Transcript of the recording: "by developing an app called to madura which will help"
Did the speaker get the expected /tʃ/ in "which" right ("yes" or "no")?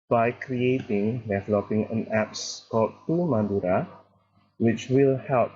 yes